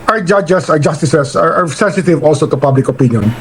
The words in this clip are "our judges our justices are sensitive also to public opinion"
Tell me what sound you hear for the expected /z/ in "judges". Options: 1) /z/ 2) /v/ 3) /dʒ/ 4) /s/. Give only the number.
4